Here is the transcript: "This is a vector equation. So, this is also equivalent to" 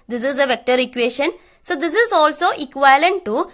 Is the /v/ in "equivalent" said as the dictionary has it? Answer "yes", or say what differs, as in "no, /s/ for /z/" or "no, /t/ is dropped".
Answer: no, /v/ is dropped